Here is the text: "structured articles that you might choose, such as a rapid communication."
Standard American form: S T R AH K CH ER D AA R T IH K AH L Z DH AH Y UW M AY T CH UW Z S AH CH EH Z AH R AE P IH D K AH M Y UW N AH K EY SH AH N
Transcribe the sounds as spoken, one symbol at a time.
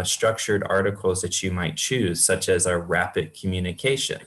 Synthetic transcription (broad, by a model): S T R AH K CH ER D AA R T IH K L Z DH AH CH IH M AY T CH UW Z S AH CH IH Z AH R AE P IH D K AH M Y UW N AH K EY SH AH N